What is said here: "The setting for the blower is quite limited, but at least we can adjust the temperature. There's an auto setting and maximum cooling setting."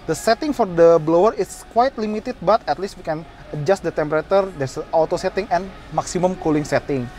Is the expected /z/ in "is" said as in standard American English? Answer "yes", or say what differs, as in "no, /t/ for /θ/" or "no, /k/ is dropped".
no, /s/ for /z/